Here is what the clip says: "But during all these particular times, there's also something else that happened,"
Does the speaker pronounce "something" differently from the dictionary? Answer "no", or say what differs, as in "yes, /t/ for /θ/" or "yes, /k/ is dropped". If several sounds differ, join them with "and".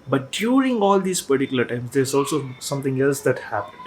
yes, /t/ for /θ/